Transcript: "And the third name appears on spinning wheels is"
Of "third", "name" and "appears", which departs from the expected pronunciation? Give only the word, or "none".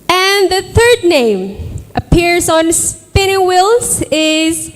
none